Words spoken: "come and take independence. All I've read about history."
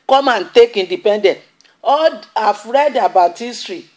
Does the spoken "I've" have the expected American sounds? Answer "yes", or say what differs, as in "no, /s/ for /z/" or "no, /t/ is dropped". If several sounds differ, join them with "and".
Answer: no, /f/ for /v/